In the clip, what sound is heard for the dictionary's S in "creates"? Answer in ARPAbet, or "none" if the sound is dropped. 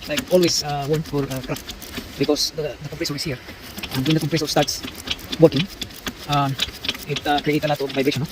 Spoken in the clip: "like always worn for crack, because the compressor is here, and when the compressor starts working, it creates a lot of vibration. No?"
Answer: none